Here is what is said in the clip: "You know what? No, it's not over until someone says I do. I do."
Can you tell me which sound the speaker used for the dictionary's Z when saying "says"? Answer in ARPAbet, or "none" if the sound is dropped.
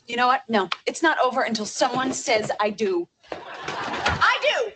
Z